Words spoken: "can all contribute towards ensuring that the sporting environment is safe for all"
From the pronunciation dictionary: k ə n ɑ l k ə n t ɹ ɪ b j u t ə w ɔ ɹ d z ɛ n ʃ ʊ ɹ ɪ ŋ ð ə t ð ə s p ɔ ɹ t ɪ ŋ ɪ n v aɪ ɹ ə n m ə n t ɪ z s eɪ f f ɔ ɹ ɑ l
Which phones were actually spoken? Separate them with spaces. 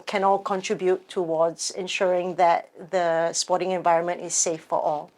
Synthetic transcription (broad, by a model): k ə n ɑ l k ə n t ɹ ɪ b j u t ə w ɔ d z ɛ n ʃ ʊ ɹ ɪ ŋ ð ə t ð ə s p ɔ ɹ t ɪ ŋ ɪ n v aɪ ɹ ə n m ə n t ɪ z s eɪ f f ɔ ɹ ɑ l